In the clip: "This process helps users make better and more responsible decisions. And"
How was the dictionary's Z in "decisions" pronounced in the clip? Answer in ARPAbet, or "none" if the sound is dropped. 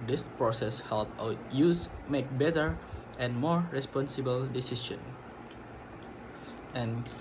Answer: none